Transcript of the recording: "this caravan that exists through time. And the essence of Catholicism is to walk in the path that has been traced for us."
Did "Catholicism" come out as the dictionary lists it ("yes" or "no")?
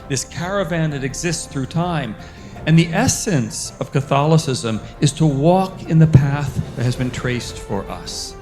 yes